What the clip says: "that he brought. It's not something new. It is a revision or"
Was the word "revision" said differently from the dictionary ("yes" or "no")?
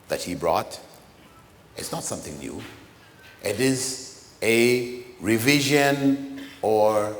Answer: no